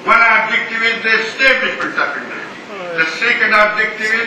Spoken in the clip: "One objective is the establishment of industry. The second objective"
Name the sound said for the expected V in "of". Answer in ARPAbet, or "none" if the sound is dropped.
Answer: P